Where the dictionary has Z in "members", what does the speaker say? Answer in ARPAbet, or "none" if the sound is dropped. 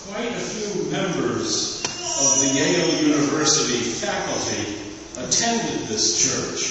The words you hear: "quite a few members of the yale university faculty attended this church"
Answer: Z